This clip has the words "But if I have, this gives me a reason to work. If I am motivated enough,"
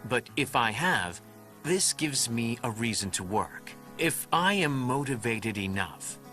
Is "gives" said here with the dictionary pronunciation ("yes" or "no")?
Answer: yes